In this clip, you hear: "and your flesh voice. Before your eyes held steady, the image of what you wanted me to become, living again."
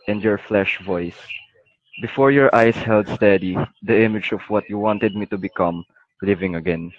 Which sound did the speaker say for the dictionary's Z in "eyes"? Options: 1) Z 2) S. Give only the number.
2